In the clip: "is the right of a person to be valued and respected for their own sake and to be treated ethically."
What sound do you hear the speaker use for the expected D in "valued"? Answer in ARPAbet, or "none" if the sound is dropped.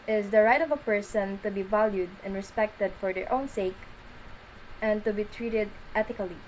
D